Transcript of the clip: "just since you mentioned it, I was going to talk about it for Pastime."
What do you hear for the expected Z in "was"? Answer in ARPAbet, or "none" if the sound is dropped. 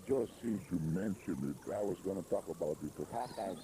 Z